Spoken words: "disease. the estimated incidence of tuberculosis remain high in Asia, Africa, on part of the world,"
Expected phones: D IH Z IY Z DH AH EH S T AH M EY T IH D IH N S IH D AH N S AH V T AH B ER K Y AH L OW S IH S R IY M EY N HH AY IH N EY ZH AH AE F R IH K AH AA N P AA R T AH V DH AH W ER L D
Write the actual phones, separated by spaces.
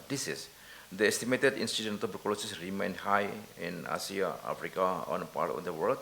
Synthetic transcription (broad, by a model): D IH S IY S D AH EH S T AH M EY T IH D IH N S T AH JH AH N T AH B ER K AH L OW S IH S R IY M EY N HH AY IH N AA S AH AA F R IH K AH AA N P AA R T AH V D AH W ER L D